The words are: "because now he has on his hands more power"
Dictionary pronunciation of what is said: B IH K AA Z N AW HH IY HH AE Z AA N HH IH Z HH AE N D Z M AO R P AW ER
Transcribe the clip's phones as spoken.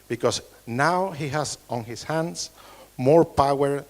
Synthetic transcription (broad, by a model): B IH K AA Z N AW HH IY HH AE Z AA N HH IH S HH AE N D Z M AO R P AW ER